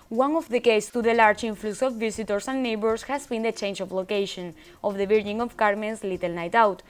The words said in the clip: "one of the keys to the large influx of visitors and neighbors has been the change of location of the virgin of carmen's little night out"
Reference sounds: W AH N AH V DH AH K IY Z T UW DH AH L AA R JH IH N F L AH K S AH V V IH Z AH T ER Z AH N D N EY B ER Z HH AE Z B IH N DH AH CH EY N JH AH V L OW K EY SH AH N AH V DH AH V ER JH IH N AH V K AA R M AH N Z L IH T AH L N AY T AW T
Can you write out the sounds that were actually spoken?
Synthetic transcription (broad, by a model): W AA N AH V DH AH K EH S T UW DH AH L AA R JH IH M F L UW S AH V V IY S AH T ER S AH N N EY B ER S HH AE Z B IH N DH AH CH EY N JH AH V L OW K EY SH AH N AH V DH AH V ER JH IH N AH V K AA R M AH N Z L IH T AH L N AY T AW T